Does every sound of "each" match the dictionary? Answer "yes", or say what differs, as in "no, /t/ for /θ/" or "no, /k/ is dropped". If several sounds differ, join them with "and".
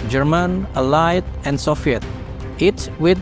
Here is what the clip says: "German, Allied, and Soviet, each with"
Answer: no, /s/ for /tʃ/